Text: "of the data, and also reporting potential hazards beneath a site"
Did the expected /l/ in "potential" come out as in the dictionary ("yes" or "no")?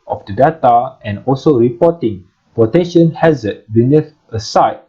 no